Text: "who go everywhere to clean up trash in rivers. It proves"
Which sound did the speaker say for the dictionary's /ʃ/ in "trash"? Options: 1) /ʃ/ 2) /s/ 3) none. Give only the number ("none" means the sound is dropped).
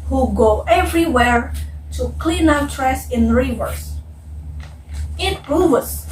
2